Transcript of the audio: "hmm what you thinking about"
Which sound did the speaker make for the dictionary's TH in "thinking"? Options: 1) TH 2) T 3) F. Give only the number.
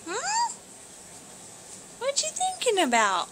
1